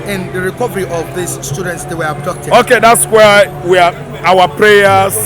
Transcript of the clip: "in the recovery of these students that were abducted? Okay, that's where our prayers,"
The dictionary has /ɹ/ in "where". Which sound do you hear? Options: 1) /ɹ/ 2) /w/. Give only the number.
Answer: 2